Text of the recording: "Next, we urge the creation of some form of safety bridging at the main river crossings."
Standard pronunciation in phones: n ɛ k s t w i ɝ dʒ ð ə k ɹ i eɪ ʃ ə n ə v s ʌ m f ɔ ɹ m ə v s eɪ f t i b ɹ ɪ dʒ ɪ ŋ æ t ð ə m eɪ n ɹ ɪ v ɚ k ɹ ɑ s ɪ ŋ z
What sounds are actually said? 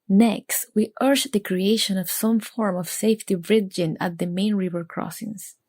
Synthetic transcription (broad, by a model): n ɛ k s t w i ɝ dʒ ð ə k ɹ i eɪ ʃ ə n ə v s ʌ m f ɔ ɹ m ə v s eɪ f t i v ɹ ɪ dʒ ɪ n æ t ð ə m eɪ n ɹ ɪ v ɚ k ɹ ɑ s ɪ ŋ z